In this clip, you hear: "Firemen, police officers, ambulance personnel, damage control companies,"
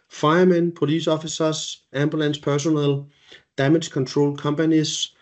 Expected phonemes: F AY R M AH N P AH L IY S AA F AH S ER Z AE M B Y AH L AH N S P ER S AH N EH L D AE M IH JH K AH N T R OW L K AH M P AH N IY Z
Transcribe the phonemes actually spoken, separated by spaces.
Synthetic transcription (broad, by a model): F AY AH M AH N P AH L IY S AA F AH S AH S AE M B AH L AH N S P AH S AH N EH L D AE M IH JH K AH N S R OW L K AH M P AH N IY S